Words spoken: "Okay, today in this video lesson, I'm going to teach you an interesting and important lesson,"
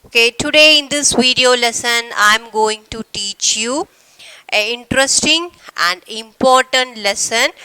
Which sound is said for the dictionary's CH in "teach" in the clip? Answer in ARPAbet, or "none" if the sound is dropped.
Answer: CH